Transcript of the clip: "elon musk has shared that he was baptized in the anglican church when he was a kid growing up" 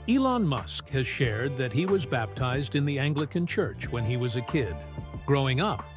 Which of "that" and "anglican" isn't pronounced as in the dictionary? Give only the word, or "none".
none